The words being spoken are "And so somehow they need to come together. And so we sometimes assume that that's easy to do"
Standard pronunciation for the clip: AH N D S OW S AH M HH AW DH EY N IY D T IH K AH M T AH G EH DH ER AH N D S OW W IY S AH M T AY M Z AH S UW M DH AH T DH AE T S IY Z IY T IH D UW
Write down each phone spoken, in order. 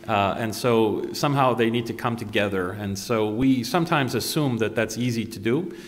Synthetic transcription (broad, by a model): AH N S OW S AH M HH AW DH EY N IY D T IH K AH M T AH G EH DH ER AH N S OW W IY S AH M T AY M Z AH S UW M DH AH T DH AE T S IY Z IY T IH D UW